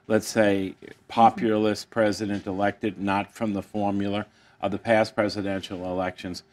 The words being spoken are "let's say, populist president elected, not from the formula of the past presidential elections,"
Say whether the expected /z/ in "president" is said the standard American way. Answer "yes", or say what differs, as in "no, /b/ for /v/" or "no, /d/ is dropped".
yes